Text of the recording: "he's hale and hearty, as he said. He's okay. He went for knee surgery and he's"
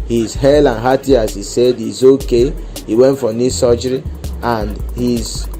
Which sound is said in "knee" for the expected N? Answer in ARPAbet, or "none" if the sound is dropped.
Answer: N